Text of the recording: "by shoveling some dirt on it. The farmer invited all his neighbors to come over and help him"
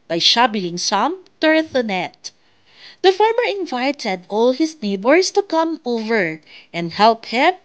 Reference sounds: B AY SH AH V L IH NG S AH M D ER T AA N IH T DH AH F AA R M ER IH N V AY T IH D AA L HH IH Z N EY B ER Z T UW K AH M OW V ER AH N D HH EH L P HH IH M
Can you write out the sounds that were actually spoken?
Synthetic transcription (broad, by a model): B AY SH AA B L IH NG S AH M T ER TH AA N IH T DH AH F AA R M ER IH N V AY T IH D AA L HH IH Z N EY B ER S T UW K AH M OW V ER AH N D HH EH L P HH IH M